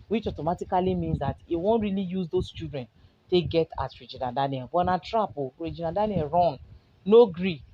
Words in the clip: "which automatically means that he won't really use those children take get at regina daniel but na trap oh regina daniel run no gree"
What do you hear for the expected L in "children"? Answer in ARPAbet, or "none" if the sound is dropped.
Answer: none